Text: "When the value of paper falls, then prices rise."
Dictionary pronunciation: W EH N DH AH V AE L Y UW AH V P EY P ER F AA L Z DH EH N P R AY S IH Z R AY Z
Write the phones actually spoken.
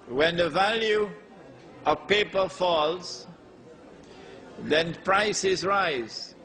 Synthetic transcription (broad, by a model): W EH N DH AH V AE L Y UW AH V P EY P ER F AA L Z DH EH N P R AY S IH Z R AY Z